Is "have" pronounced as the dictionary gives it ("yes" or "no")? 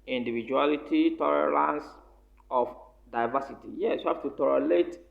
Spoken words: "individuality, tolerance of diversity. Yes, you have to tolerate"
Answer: no